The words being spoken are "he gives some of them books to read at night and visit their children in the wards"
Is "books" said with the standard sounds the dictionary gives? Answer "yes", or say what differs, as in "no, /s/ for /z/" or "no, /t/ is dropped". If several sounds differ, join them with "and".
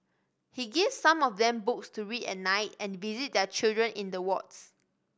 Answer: yes